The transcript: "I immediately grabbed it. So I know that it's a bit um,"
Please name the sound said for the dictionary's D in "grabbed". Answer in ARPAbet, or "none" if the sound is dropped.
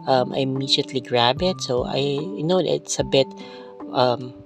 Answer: none